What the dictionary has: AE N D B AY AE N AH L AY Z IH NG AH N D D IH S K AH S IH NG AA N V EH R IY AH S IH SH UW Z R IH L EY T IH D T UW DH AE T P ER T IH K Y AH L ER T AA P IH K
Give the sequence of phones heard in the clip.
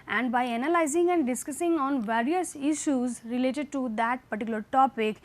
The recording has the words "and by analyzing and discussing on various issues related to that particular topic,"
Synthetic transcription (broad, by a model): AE N D B AY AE N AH L AY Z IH NG AH N D D IH S K AH S IH NG AA N V EH R IY AH S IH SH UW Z R IH L EY T IH D T UW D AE T P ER T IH K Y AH L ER T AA P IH K